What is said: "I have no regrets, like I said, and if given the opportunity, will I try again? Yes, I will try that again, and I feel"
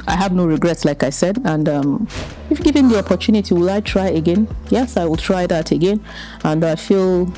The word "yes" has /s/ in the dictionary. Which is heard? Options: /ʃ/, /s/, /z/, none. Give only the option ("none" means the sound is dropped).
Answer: /s/